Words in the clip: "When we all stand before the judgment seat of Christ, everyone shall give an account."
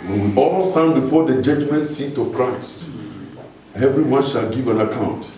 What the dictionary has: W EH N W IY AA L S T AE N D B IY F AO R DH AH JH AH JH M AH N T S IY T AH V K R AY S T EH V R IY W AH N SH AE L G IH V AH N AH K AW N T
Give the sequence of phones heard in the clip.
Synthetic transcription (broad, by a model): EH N AA L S T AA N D B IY F AO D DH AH JH AH JH M AH N T S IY T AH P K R AY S EH V R IY W AH N SH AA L G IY V AH N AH K AW N T